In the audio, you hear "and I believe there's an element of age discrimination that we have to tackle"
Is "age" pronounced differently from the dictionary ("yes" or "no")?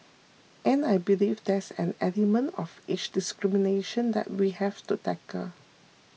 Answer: yes